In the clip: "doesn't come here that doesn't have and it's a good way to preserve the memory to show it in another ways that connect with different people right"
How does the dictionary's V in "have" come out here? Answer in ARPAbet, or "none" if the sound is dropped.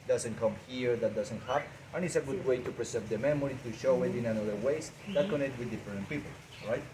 P